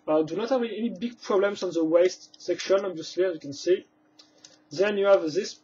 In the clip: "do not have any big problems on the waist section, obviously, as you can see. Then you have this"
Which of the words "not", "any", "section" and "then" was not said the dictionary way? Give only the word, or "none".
none